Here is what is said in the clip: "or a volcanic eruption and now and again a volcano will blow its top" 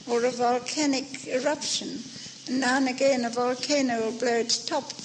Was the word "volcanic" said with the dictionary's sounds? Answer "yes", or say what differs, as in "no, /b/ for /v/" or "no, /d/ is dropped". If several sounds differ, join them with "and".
yes